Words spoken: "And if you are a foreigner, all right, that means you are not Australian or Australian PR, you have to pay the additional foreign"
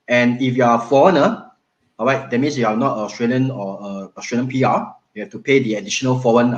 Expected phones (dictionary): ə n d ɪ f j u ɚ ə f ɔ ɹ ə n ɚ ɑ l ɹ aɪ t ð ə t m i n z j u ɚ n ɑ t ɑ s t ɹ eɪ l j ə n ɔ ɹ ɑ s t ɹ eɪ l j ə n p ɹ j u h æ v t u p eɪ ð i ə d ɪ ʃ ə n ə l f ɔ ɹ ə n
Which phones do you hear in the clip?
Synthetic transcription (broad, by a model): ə n ɪ f j u ə f ɔ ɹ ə n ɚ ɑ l ɹ aɪ t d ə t m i n s j u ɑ n ɑ t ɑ s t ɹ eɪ l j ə n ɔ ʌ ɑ s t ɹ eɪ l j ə n p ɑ j u h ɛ f t u p eɪ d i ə d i ʃ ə n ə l f ɔ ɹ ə n